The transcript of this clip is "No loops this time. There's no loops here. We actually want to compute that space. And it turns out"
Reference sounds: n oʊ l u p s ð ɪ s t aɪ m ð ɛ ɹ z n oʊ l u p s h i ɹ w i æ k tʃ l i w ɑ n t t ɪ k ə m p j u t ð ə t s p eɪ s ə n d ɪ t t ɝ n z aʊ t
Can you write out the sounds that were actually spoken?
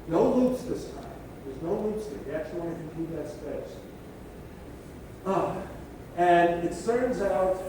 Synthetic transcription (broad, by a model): n oʊ l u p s ð ɪ s t aɪ m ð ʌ ɹ z n oʊ l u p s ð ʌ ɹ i æ k tʃ l i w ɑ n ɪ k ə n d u ð ə t s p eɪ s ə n ɪ t s ɝ n z aʊ t